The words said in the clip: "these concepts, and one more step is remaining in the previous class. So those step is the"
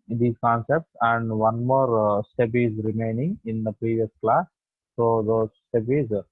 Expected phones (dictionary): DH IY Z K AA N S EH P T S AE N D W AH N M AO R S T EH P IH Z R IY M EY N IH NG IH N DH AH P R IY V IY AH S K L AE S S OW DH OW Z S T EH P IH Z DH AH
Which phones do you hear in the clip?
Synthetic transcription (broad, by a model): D IY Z K AA N S EH P T S AE N D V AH N M AO R S T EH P IH Z R IY M EY N IH NG IH N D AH P R IY V IY AH S K L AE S S OW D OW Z S T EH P IH Z